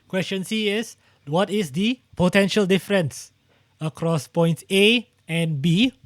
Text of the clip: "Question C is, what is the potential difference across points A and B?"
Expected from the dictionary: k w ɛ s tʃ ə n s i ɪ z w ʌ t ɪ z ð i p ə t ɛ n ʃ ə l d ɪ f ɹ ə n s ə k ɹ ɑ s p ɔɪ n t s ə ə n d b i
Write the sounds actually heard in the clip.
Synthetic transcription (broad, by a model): k w ɛ s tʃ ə n s i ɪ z w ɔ t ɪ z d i p ə t ɛ n ʃ ə l d ɪ f ɹ ə n s ə k ɹ ɑ s p ɔɪ n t ə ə n b i